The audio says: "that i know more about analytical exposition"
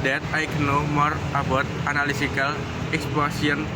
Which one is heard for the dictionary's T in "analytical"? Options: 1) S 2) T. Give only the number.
1